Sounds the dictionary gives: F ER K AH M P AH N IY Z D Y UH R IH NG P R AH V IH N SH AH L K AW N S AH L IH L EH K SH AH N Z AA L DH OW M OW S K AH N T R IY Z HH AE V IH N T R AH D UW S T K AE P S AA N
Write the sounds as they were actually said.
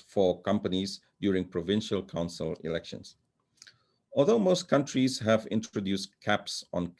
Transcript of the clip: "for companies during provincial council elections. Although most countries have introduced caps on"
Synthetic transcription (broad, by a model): F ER K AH M P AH N IY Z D Y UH R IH NG P R AH V IH N SH AH L K AW N S AH L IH L EH K SH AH N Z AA L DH OW M OW S K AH N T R IY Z HH AE V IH N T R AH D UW S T K AE P S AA N